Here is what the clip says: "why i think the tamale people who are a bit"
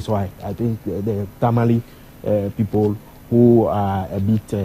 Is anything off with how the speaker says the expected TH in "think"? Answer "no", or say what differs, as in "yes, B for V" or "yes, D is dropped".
yes, T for TH